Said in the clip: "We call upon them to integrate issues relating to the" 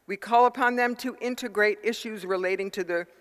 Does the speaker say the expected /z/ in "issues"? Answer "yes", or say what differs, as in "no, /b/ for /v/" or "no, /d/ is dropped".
yes